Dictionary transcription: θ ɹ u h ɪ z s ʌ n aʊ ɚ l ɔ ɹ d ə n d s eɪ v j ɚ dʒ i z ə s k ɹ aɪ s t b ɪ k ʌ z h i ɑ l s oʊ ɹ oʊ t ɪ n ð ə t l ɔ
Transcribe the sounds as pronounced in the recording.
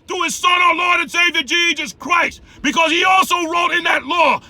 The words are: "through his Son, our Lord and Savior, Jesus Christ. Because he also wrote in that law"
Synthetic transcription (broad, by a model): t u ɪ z s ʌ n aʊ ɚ l ɔ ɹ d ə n s eɪ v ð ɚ dʒ i z ə s k ɹ aɪ s t b ɪ k ʌ z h i ɑ l s oʊ ɹ oʊ t ɪ n ð ə t l ɔ